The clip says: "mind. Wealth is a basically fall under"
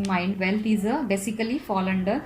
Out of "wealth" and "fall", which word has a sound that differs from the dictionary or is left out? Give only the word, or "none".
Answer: wealth